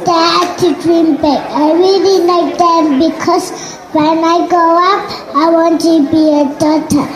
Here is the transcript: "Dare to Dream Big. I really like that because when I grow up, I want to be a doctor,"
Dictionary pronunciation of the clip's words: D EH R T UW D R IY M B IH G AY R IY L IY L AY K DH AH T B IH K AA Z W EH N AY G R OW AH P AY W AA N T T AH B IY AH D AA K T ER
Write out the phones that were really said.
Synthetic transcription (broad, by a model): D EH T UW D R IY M B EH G AY R IY L IY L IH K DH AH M B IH K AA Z W EH N AY G OW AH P AY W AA N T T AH B IY AH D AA T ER